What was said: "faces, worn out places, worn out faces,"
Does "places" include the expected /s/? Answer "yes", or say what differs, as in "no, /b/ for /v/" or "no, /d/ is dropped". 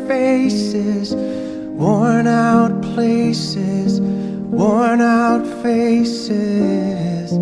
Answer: yes